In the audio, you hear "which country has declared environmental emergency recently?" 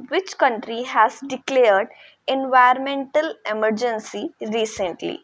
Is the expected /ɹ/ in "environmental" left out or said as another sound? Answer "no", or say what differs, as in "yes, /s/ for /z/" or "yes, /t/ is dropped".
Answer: yes, /ɹ/ is dropped